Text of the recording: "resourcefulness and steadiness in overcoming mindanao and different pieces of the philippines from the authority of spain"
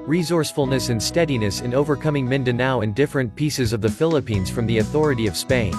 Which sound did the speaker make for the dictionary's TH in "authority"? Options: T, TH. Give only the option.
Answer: TH